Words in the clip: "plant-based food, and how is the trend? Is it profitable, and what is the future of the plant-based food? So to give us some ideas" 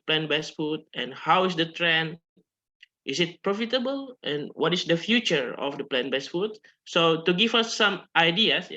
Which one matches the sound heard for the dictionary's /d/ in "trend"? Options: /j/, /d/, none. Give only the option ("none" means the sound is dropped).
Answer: none